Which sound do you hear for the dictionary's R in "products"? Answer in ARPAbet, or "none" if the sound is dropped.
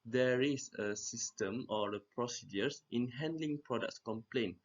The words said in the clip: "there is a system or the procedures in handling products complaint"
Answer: R